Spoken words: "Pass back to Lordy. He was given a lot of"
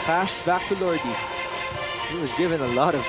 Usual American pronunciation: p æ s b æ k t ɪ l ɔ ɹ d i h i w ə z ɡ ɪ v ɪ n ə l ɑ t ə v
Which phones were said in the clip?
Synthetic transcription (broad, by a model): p æ s b æ k t ɪ l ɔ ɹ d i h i w ə z ɡ ɪ v ɪ n ə l ɑ t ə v